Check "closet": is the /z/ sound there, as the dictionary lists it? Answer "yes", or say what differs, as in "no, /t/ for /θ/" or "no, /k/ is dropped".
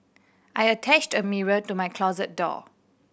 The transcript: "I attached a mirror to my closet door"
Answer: yes